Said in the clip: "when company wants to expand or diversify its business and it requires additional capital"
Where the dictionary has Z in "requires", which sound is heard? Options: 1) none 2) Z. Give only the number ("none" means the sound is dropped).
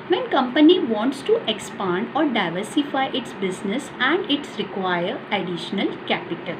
1